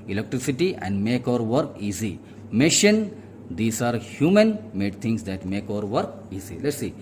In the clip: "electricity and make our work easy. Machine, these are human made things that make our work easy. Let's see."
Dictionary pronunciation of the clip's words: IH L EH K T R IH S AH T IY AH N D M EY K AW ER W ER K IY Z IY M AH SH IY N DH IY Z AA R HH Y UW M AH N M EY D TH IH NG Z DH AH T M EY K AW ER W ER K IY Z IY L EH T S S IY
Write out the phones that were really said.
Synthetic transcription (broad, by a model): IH L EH K T R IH S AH T IY AH N D M EY K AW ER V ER K IY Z IY M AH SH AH N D IY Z AA R HH Y UW M AH N M EY D T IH NG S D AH T M EY K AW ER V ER K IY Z IY L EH T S S IY